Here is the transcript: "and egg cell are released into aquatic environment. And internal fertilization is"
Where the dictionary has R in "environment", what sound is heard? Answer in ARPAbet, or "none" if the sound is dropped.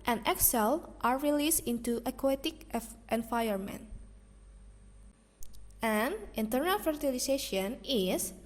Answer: none